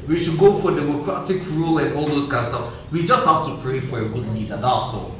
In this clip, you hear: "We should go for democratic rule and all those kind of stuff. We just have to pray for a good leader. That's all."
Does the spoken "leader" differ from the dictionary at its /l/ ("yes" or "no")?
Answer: yes